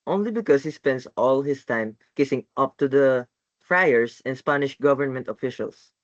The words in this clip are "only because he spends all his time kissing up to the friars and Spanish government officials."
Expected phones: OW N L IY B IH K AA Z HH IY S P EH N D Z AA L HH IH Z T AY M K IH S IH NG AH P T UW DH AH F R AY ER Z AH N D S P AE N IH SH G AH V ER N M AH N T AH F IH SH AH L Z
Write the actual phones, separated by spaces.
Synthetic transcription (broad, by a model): OW N L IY B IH K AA S HH IY S P EH N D S AA L HH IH S T AY M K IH S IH NG AH P T UW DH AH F R AY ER S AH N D S P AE N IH SH G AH V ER N M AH N T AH F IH SH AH L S